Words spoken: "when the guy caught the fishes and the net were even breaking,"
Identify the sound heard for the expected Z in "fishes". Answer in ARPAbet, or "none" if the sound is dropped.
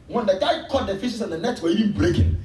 S